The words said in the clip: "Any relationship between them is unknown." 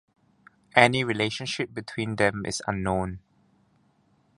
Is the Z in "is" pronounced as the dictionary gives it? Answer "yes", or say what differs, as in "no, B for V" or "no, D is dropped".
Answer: no, S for Z